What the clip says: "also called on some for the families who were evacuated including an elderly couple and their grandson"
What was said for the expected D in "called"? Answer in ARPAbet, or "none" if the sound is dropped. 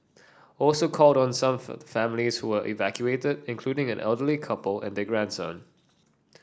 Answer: D